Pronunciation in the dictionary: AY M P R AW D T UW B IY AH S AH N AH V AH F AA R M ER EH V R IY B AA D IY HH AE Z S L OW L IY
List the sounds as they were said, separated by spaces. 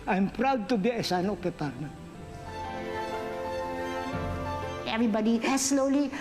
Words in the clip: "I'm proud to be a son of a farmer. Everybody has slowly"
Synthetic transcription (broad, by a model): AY M P R AW D T UW B IY AH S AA N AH P AH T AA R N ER EH V R IY B AA D IY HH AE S L OW L IY